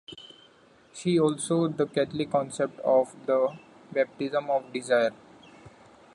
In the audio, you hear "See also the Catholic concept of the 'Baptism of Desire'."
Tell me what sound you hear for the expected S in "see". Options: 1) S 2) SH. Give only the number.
2